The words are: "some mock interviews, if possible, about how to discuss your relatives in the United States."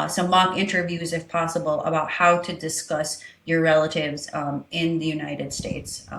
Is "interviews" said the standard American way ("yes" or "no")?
yes